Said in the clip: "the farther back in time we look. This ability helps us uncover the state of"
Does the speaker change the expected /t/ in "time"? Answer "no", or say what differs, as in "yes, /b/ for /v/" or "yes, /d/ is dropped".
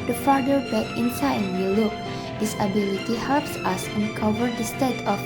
yes, /s/ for /t/